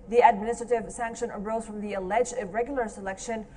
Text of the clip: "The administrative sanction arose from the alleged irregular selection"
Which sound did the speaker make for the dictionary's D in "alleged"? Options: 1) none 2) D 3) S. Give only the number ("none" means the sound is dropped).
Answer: 1